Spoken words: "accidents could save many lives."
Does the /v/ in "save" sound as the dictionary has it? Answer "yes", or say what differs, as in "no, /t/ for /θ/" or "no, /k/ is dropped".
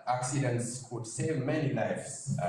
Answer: yes